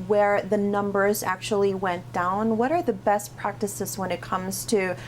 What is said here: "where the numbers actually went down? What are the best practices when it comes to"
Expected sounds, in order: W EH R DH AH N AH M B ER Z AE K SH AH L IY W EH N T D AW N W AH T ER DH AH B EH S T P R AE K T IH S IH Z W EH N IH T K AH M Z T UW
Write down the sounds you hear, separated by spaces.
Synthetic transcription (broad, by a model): W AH R DH AH N AH M B ER Z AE K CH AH L IY W EH N D AW N W AH T ER DH AH B EH S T P R AE K T IH S IH Z W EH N IH T K AH M Z T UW